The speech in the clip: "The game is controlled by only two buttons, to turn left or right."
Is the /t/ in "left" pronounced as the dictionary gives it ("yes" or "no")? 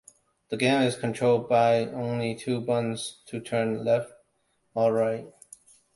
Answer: yes